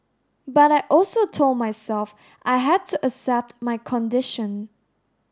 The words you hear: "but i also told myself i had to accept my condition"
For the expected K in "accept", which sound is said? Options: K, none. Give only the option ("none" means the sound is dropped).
none